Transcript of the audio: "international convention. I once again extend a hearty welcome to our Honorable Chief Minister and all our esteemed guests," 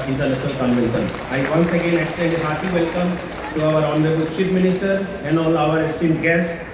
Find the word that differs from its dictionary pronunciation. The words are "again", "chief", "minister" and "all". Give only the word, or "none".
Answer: chief